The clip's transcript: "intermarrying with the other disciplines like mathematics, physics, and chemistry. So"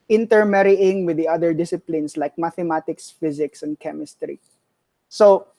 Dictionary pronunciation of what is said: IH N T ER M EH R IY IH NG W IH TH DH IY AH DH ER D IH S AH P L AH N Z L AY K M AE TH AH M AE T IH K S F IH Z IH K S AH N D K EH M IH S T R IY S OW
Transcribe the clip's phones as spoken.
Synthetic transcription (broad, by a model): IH N T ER M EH R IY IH NG W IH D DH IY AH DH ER D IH S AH P L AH N S L AY K M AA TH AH M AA T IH K S F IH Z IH K S AH N D K EH M IH S T R IY S OW